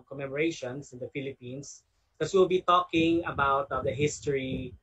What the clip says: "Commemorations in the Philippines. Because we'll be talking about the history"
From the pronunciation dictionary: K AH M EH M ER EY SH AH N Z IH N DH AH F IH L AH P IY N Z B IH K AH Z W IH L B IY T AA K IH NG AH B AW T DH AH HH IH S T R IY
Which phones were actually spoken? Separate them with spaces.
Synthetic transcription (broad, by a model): K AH M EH M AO EY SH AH N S IH N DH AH F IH L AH P IY N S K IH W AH W IH L B IY T AA K IH NG AH B AW T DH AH HH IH S T R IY